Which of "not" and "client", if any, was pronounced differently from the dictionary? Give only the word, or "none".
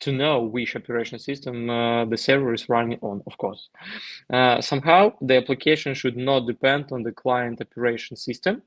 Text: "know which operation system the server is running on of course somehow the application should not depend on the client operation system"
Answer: none